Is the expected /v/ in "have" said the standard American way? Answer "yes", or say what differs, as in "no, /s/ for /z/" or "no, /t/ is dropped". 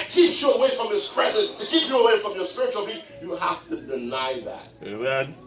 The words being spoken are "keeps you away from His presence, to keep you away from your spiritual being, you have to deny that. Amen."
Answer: no, /f/ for /v/